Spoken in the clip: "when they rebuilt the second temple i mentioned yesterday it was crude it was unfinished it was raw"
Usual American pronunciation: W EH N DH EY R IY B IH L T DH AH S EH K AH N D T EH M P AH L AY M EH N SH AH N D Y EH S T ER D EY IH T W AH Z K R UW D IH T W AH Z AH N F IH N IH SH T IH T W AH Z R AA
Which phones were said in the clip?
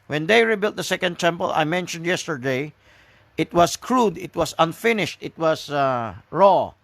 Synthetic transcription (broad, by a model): W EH N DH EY R IY B IH L T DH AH S EH K AH N D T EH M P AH L AY M EH N SH AH N D Y EH S T ER D EY IH T W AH S K R UW D IH T W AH S AH N F IH N IH SH T IH T W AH S R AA